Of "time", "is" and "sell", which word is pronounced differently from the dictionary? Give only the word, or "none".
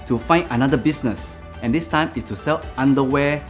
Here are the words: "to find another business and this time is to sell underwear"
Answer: is